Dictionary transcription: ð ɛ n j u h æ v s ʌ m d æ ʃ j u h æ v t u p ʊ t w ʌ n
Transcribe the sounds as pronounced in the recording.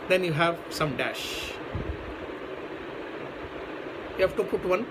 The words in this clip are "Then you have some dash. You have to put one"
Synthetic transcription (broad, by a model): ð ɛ n j u h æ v s ʌ m d æ ʃ j u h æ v t u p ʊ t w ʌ n